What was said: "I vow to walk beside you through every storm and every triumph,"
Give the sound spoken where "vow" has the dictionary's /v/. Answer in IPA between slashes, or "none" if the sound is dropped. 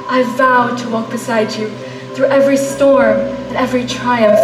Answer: /v/